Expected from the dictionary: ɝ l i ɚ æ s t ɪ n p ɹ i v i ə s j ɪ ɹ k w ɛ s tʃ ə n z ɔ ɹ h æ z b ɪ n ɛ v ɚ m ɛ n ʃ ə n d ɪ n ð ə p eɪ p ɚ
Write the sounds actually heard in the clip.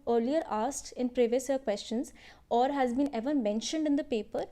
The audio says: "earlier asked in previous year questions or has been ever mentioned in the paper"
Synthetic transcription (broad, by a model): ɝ l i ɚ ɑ s t ɪ n p ɹ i v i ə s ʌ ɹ k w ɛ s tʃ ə n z ɔ ɹ h æ z b ɪ n ɛ v ɚ m ɛ n ʃ ə n d ɪ n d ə p eɪ p ɚ